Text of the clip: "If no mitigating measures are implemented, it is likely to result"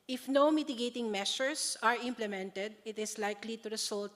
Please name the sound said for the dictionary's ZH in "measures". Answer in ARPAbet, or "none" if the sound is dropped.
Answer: SH